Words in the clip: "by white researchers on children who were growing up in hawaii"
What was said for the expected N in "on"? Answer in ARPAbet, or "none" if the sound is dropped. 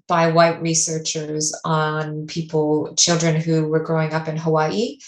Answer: L